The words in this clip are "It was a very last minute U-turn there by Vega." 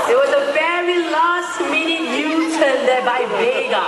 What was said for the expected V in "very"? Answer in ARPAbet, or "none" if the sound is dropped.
P